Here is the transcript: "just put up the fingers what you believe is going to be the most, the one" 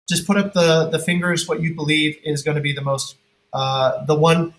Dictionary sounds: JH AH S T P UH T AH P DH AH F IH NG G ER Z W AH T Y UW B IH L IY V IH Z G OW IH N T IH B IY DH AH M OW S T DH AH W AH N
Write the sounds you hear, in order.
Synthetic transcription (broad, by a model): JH AH S P UH T AH P DH AH F IH NG G ER Z W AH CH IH B IH L IY V IH Z G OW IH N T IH B IY DH AH M OW S T DH AH W AH N